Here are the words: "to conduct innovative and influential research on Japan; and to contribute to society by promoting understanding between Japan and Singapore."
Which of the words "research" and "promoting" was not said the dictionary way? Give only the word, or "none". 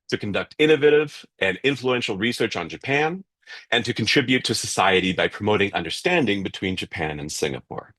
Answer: none